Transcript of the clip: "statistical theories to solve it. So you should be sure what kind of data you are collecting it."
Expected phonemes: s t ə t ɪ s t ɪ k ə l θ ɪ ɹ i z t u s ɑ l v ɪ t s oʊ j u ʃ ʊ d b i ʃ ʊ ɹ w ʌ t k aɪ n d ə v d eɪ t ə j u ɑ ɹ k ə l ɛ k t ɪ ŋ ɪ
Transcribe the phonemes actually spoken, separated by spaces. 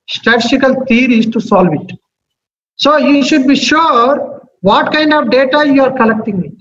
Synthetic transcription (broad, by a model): s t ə t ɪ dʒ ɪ k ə l t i ɹ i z t u s ɑ l v ɪ t s oʊ j u ʃ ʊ d b i ʃ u ɹ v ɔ t k aɪ n d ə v d eɪ t ə j u ɑ ɹ k ə l ɛ k t ɪ ŋ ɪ